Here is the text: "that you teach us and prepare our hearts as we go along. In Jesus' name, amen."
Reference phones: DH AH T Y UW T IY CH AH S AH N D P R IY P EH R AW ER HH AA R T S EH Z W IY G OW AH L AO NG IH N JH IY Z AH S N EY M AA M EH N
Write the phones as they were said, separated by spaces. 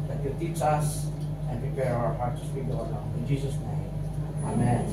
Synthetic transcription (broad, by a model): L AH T Y UW T IY CH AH S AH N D P R IY P EH R AW ER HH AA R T S W IY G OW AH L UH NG IH N JH IY S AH S N EY M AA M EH N